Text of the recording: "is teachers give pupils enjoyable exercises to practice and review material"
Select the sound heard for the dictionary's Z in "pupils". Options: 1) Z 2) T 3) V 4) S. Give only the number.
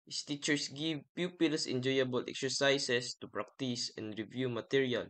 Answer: 4